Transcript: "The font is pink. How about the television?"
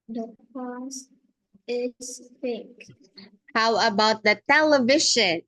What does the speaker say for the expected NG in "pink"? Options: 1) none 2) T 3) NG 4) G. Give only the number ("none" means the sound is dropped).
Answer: 1